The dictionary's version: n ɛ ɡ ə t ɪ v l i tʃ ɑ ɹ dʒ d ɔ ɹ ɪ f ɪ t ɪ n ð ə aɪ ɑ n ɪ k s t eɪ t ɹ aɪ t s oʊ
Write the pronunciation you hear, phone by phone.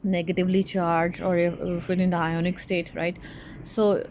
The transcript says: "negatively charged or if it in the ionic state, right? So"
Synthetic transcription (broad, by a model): n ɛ ɡ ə t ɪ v l i tʃ ɑ ɹ dʒ ɔ ɹ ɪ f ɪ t ɪ n aɪ ɑ n ɪ k s t eɪ t ɹ aɪ t s oʊ